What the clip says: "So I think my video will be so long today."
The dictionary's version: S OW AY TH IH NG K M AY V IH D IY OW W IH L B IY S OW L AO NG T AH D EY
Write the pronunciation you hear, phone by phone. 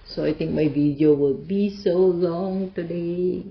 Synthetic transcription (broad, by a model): S OW AY T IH NG K M AY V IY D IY OW W IH L B IY S OW L AO NG T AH D EY